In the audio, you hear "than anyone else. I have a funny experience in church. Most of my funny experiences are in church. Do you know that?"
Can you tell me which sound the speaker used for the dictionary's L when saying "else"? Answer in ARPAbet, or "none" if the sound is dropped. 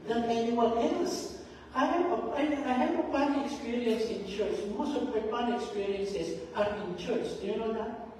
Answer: L